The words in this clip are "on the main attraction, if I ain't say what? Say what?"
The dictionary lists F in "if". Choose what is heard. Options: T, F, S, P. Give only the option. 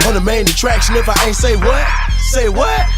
F